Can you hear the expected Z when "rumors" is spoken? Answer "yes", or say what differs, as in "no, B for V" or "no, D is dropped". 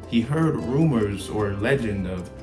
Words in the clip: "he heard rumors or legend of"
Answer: yes